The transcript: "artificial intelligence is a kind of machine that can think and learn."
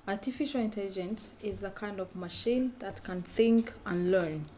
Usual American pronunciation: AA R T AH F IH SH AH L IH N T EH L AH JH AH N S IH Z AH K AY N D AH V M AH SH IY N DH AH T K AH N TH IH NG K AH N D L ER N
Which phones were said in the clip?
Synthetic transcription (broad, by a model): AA R T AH F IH SH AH L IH N T EH L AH JH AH N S IH Z AH K AY N D AH V M AH SH IY N DH AH T K AH N TH IH NG K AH N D L ER N